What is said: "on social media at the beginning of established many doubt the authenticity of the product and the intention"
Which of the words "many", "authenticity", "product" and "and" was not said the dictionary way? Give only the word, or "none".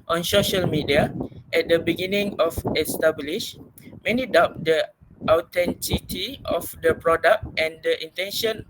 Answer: authenticity